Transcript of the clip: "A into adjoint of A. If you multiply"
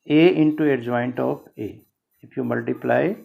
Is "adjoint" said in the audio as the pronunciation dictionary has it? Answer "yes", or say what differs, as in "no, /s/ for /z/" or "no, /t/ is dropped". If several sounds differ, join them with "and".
yes